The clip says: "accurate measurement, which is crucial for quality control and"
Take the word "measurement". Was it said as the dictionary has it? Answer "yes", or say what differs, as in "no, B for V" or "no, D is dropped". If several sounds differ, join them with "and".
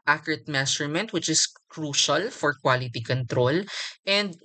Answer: no, S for ZH